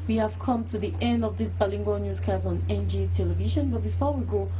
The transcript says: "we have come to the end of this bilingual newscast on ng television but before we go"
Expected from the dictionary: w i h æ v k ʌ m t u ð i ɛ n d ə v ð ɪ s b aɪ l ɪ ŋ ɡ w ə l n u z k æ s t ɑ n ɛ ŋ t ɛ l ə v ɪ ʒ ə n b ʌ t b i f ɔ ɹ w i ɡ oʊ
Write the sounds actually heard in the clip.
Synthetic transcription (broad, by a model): w i h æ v k ʌ m t u ð i ɛ n d ə v ð ɪ s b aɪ l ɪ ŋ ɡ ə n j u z k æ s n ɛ n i t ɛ l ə v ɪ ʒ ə n b ʌ t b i f ɔ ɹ w i ɡ oʊ